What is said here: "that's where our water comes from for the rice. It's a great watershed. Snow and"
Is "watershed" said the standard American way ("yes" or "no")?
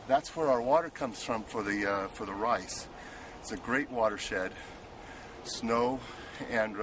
yes